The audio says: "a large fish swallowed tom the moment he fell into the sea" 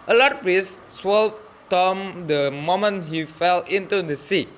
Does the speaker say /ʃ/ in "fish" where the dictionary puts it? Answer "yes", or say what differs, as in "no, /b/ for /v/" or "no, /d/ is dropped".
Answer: no, /s/ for /ʃ/